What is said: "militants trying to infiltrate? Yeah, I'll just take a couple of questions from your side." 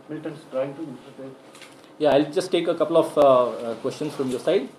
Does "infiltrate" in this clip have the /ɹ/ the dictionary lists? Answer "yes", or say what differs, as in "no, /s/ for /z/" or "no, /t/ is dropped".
no, /ɹ/ is dropped